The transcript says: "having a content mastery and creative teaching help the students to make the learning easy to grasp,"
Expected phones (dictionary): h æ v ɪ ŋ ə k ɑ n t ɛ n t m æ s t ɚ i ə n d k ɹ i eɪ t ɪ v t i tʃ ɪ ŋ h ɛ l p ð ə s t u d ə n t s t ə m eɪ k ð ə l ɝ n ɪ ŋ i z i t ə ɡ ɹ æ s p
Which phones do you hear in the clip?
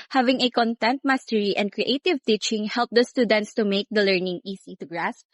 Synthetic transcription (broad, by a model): h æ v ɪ ŋ ə k ɑ n t ɛ n t m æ s t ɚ i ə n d k ɹ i eɪ t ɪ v t i tʃ ɪ ŋ h ɛ l p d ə s t u d ə n t s t ə m eɪ k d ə l ɝ n ɪ ŋ i s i t ə ɡ ɹ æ s p